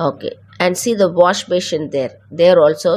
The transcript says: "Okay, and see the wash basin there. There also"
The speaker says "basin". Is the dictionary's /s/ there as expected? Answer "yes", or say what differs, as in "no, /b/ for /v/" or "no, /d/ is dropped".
no, /ʃ/ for /s/